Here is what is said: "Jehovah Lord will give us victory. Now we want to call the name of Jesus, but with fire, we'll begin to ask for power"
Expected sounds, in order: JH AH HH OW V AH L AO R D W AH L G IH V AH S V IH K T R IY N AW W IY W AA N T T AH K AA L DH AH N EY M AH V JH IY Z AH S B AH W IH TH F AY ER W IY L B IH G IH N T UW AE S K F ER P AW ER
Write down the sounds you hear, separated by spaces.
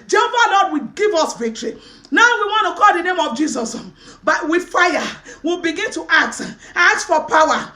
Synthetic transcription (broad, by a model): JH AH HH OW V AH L AO D W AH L G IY V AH S V IH K T R IY N AW W IY W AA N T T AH K AA L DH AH N EY M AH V JH IY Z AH S B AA W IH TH F AY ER W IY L B IH G IH N T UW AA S K F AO P AW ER